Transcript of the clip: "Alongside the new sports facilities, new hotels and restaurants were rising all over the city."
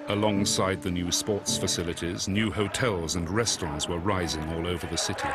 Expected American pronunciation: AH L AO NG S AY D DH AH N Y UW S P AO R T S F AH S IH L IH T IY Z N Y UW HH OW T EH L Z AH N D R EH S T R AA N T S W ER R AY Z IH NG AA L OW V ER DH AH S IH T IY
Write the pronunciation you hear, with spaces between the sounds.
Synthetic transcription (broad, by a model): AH L AO NG S AY D DH AH N Y UW S P AO R T S F AH S IH L IH T IY Z N Y UW HH OW T EH L Z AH N R EH S T R AA N T S W ER R AY Z IH NG AA L OW V ER DH AH S IH T IY